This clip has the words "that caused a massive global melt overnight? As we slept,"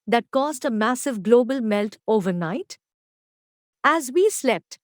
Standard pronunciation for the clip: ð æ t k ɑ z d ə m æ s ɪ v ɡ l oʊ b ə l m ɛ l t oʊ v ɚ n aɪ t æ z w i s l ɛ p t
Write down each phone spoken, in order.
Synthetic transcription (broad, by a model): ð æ t k ɑ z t ə m æ s ɪ v ɡ l oʊ b ə l m ɛ l t oʊ v ɚ n aɪ t æ z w i s l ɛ p t